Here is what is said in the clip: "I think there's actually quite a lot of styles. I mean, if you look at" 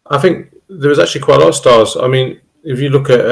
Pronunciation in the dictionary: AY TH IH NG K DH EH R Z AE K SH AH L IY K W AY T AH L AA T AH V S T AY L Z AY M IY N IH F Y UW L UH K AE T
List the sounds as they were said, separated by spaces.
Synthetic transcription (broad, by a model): AY TH IH NG K DH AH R Z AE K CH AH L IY K W AY T AH L AA T AH V S T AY Z AY M IY N IH F Y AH L UH K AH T